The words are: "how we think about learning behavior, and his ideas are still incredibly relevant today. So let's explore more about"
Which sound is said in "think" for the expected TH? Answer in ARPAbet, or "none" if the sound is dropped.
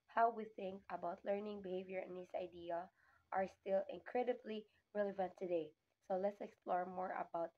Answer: TH